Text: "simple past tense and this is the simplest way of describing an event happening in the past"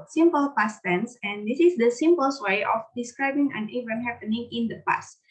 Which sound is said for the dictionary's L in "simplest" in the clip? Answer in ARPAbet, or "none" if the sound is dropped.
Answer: none